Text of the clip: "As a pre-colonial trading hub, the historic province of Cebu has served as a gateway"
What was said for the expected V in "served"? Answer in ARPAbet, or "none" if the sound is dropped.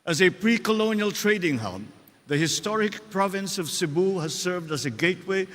V